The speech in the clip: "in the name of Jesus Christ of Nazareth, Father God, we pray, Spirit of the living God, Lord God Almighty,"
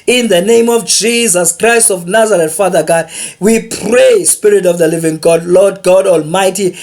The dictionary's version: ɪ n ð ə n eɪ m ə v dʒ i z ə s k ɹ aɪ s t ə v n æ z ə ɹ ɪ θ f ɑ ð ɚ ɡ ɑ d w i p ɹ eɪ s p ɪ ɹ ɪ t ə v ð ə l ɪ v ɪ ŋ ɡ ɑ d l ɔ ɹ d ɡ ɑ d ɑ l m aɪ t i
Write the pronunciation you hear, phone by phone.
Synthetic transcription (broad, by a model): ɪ n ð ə n eɪ m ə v dʒ i z ə s k ɹ aɪ s t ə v n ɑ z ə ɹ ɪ t f ɑ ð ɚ ɡ ɑ d w i p ɹ eɪ s p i ɹ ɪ t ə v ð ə l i v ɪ ŋ ɡ ɑ d l ɔ d ɡ ɑ d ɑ l m aɪ t i